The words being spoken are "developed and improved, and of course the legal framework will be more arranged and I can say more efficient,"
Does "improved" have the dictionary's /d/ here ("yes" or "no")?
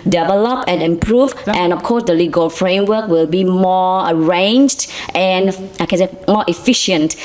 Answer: no